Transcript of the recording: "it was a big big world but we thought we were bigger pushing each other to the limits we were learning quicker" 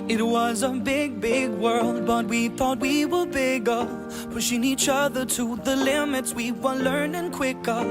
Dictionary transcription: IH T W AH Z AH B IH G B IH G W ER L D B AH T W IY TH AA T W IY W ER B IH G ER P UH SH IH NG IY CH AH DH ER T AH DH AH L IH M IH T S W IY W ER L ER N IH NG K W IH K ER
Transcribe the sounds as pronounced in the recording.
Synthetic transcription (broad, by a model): IH T W AH Z AH B IH G B IH G W ER L D B AH T W IY TH AA T W IY W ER B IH G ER F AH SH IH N IY CH AH DH ER T AH DH AH L IH M IH T S W IY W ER L ER N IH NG K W IH K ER